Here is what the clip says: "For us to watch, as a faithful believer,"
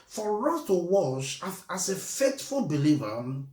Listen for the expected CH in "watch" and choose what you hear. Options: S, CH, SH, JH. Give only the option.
SH